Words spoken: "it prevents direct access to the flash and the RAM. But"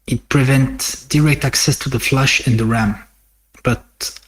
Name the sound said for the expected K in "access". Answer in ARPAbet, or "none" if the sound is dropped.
K